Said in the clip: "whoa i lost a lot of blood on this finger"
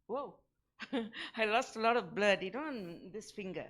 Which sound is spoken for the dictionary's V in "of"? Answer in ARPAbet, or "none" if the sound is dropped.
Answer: V